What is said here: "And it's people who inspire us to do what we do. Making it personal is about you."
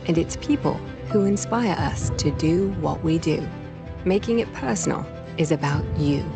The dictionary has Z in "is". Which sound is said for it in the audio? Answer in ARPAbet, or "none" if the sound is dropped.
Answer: Z